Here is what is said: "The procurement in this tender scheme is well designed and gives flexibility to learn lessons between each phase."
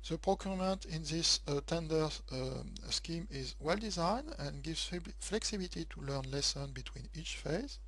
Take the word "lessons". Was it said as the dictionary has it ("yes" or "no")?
no